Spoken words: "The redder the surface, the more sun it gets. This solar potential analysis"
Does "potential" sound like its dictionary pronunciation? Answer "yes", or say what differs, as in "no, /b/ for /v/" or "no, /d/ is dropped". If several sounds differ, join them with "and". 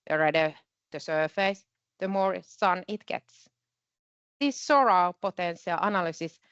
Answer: no, /s/ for /ʃ/